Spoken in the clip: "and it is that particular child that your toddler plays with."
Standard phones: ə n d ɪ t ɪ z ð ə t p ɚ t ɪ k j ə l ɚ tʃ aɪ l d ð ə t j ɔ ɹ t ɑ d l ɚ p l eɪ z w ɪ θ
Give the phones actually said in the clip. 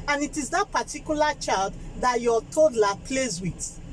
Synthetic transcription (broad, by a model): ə n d ɪ t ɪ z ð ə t p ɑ t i k j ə l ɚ tʃ aɪ l d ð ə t j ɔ t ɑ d l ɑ p l eɪ z w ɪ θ